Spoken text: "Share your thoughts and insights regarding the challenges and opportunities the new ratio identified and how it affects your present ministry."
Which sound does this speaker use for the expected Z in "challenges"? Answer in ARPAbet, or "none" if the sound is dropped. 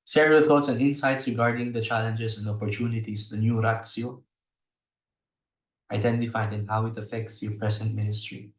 S